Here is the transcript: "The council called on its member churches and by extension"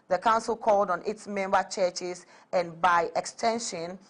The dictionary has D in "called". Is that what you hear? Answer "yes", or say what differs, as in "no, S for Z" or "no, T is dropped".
yes